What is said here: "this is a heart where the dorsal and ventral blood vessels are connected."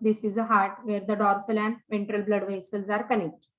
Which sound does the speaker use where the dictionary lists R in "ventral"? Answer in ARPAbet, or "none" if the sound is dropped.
R